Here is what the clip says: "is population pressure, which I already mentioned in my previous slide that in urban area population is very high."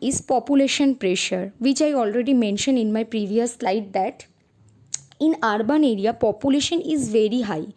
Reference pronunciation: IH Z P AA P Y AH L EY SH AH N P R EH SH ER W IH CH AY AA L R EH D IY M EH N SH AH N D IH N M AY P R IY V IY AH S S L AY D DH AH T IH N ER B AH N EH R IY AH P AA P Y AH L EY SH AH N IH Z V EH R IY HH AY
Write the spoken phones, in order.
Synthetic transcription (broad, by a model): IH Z P AA P Y AH L EY SH AH N P R EH SH ER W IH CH AY AA L R EH D IY M EH N SH AH N D IH N M AY P R IY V IY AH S S L AY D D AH T IH N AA B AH N EH R IY AH P AA P Y AH L EY SH AH N IH Z V EH R IY HH AY